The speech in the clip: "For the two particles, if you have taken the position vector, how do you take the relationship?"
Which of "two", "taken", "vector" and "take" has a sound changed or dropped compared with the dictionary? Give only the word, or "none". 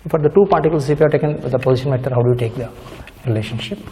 vector